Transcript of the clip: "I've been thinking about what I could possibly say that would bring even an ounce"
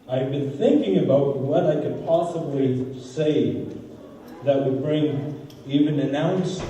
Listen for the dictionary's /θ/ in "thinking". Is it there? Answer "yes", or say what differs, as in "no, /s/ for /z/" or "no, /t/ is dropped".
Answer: yes